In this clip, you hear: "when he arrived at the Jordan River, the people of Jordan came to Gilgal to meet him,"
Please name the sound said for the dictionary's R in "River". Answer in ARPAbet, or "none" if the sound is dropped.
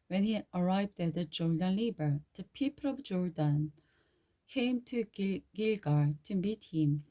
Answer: L